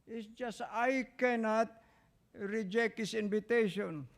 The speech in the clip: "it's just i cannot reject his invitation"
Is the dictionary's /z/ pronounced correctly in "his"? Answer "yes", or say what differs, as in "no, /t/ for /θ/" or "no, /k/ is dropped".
no, /s/ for /z/